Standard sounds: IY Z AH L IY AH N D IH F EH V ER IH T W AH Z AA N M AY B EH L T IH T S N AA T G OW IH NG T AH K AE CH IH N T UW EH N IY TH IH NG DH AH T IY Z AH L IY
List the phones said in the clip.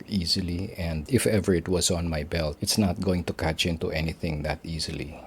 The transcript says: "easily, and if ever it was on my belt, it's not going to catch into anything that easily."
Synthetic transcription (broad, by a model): IY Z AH L IY AH N D IH F EH V ER IH T W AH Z AA N M AY B EH L T IH T S N AA T G OW IH NG T AH K AE CH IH N T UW EH N IY TH IH NG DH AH T IY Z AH L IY